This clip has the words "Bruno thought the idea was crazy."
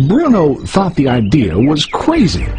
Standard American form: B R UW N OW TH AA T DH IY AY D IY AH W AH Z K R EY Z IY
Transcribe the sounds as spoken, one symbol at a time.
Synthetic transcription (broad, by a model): B R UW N OW TH AA T DH IY AY D IY AH W AH Z K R EY Z IY